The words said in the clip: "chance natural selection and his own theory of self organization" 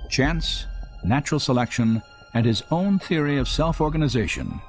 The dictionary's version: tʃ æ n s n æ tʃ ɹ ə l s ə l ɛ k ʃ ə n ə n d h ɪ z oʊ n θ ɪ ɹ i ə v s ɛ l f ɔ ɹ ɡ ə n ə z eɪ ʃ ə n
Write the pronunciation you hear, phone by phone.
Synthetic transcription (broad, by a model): tʃ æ n s n æ tʃ ɹ l s ə l ɛ k ʃ ə n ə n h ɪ z oʊ n θ ɪ ɹ i ə v s ɛ l f ɔ ɹ ɡ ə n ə z eɪ ʃ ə n